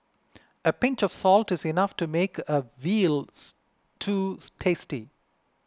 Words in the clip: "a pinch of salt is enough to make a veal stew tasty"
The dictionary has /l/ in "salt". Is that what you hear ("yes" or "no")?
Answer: yes